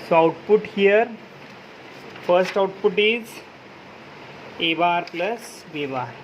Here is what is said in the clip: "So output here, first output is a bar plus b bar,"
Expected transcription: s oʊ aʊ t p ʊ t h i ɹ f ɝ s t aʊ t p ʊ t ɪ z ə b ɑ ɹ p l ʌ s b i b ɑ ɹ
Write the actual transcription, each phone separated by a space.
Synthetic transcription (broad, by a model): s oʊ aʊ t p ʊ t h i ɹ f ɝ s t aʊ t p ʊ t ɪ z ə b ɑ ɹ p l ʌ s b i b ɑ ɹ